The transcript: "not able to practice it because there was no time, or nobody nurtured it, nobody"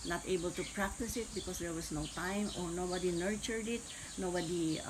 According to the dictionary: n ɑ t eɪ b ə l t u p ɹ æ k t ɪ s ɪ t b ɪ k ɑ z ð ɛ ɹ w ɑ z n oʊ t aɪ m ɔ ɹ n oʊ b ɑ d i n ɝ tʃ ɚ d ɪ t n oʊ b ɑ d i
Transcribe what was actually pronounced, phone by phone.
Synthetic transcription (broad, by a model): n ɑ t eɪ b ə l t u p ɹ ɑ k t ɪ s ɪ t b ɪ k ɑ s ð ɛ ɹ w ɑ s n oʊ t aɪ m ɔ ɹ n oʊ b ɑ d i n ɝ tʃ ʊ d ɪ t n oʊ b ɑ d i